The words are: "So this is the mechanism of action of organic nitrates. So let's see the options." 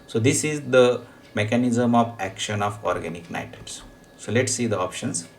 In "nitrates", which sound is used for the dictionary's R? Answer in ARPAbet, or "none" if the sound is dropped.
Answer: none